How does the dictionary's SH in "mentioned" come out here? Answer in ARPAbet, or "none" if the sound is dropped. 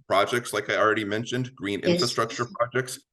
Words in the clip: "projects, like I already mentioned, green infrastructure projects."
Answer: SH